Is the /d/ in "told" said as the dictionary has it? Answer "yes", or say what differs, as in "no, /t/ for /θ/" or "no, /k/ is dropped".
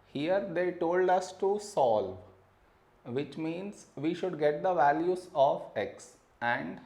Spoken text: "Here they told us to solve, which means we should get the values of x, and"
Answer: yes